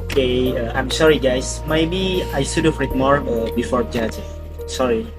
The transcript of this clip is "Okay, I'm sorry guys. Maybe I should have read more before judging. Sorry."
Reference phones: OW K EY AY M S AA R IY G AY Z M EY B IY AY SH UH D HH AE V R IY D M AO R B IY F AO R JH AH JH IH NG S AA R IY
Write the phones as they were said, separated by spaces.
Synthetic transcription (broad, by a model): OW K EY AY M S AA R IY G AY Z M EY B IY AY S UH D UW F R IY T M AO R B IY F AO R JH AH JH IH S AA R IY